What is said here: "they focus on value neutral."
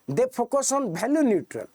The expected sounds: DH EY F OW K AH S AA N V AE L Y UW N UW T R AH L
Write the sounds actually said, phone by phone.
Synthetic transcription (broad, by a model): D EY P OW K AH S AA N B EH L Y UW N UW T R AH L